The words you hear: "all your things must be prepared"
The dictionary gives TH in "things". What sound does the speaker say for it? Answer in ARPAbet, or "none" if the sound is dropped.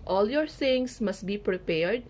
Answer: S